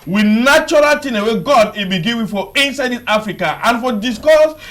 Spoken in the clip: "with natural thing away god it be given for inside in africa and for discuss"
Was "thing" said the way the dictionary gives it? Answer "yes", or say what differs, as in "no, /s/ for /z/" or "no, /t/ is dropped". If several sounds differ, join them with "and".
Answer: no, /t/ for /θ/